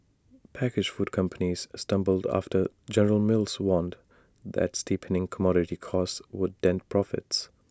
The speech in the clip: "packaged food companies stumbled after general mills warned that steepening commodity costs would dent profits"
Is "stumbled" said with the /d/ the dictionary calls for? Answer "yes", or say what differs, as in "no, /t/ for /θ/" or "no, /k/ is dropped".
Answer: yes